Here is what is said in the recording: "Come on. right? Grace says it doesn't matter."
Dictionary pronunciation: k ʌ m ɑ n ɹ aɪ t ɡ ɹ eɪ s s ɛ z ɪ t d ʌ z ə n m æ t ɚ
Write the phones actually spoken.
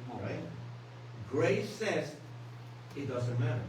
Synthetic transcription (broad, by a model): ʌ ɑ l ɹ aɪ t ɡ ɹ eɪ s s ɛ z ɪ t d ʌ z ə n m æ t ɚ